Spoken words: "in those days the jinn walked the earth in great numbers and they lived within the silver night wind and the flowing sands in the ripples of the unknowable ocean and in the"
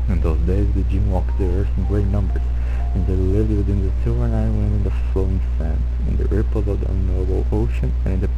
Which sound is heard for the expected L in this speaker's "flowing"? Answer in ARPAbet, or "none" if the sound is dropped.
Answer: L